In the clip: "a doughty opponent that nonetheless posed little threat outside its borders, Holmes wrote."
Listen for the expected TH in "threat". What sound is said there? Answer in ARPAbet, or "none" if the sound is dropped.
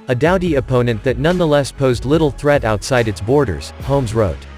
TH